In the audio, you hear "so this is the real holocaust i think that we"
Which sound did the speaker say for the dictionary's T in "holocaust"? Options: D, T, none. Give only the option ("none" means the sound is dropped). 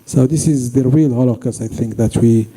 none